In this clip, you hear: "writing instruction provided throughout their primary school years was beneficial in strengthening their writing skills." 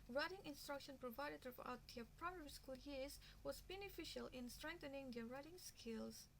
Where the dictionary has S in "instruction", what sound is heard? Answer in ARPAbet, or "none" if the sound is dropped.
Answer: S